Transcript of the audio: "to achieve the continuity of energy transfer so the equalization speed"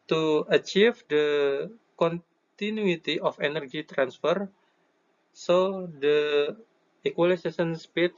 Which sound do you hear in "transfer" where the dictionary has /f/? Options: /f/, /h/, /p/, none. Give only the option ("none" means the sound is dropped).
/f/